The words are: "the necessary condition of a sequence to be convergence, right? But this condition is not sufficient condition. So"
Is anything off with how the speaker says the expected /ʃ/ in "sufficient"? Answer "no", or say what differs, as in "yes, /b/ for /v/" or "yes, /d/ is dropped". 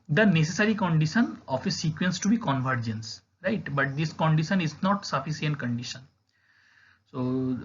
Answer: yes, /s/ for /ʃ/